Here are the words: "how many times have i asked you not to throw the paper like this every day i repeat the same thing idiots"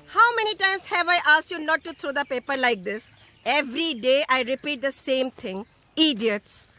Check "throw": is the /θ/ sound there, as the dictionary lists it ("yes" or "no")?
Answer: no